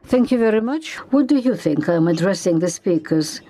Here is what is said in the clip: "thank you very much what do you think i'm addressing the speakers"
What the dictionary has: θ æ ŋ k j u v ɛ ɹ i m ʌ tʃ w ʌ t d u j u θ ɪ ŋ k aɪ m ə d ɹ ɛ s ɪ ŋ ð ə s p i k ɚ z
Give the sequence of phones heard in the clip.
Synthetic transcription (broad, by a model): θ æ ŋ k j u v ɛ ɹ i m ʌ tʃ w ʌ t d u j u θ ɪ ŋ k aɪ m ə d ɹ ɛ s ɪ ŋ ð ə s p i k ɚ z